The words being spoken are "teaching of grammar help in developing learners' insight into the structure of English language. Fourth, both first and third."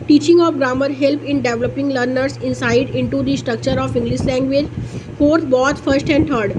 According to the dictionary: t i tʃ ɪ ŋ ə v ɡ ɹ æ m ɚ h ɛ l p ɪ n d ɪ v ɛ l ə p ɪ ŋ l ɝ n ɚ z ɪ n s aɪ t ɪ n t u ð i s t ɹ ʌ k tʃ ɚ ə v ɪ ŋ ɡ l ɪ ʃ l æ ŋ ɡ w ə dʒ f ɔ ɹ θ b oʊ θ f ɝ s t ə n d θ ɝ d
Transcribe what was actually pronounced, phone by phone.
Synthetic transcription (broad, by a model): t i tʃ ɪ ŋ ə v ɡ ɹ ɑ m ɚ h ɛ l p ɪ n d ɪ v l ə p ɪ ŋ l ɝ n ɚ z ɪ n s aɪ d ɪ n t u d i s t ɹ ʌ k tʃ ɚ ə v ɪ ŋ ɡ l ɪ ʃ l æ ŋ ɡ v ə dʒ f ɔ ɹ t b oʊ t f ɝ s t ə n d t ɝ d